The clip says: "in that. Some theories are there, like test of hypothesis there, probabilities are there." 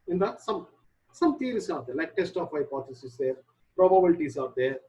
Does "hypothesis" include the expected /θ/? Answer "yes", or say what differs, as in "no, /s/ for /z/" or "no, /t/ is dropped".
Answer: no, /t/ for /θ/